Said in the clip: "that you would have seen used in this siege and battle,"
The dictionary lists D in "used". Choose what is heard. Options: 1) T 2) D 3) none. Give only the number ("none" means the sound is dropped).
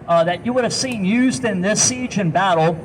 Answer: 2